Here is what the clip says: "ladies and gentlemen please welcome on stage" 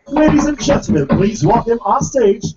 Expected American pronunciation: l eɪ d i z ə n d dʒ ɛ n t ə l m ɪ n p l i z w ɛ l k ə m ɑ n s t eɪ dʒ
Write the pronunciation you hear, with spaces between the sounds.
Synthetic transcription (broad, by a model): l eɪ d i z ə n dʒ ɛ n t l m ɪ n p l i z w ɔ k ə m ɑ s t eɪ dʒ